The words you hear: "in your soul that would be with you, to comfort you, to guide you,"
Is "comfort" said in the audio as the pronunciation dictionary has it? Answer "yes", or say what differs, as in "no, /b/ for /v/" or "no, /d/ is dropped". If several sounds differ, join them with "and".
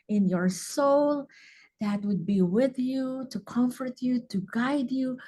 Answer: yes